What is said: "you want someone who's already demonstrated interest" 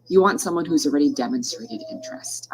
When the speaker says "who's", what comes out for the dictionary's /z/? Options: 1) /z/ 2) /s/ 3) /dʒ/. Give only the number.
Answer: 1